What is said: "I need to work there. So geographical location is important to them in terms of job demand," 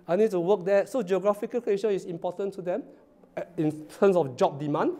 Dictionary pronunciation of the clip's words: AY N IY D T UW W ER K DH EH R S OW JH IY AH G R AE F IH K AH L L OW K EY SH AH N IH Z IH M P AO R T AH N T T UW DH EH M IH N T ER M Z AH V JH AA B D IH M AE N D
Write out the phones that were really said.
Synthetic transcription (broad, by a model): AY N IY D T UW W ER K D EH S OW JH IY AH G R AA F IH K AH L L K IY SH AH IH S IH M P AO T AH N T T UW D EH M IH N T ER M S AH F JH AA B D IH M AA N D